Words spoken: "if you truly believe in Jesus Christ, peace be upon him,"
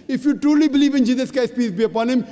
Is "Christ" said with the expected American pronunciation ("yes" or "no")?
no